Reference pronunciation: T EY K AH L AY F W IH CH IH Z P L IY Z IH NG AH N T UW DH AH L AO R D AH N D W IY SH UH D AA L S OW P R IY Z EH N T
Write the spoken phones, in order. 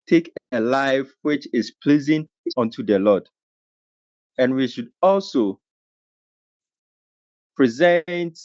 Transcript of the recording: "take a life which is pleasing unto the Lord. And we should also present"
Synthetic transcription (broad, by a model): T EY K AH L AY F W IH CH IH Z P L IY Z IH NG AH N T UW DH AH L AO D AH N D W IY SH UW D AA L S OW P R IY Z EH N T